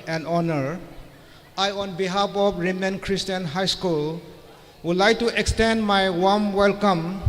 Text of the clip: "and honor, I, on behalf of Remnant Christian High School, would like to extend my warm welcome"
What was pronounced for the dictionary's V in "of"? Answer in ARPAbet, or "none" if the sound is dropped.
P